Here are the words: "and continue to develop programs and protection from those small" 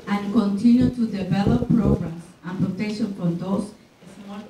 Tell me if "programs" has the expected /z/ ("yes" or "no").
no